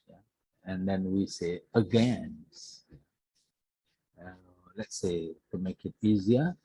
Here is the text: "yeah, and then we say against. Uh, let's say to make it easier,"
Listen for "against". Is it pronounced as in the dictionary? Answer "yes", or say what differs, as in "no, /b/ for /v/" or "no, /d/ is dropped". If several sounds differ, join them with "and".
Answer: no, /t/ is dropped